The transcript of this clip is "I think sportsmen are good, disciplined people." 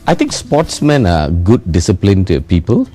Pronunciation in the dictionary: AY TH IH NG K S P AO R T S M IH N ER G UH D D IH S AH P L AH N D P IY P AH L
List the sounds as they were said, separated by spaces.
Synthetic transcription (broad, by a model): AY T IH NG K S P AO T S M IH N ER G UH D D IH S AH P L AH N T P IY P AH L